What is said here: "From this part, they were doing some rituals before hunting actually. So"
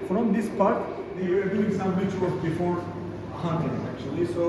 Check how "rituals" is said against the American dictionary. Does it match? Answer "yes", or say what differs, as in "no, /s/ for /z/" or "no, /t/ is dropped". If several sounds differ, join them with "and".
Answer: no, /w/ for /ɹ/ and /l/ is dropped